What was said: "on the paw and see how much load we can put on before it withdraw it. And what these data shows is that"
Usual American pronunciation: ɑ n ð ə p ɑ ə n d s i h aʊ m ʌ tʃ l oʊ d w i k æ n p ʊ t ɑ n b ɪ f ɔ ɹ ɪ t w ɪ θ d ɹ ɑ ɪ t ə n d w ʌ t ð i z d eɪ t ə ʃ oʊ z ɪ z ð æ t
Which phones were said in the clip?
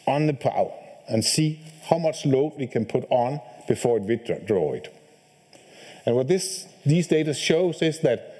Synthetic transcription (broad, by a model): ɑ n ð ə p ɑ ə n s i h aʊ m ʌ tʃ l oʊ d w i k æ n p ʊ t n b ɪ f ɔ ɹ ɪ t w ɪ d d ɹ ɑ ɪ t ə n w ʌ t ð i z d eɪ t ə ʃ oʊ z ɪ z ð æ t